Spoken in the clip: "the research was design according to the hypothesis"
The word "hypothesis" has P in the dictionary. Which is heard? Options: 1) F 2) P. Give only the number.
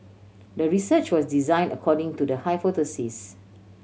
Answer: 1